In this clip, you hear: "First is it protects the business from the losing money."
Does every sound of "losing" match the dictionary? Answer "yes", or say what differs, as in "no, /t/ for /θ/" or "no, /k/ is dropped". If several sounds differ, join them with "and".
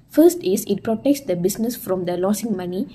no, /s/ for /z/